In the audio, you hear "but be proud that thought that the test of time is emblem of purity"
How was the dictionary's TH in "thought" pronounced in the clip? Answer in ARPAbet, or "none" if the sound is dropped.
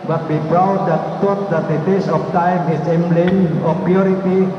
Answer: T